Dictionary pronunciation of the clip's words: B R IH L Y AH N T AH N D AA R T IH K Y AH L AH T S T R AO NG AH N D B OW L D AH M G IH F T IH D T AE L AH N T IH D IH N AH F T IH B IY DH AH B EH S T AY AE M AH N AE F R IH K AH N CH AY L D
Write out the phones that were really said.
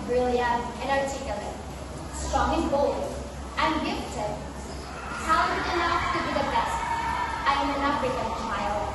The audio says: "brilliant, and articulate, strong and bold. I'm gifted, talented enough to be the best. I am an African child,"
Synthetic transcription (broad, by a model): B R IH L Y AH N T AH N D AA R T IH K Y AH L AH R S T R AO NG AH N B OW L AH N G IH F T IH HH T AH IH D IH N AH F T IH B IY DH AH B EH S T AY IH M AH N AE R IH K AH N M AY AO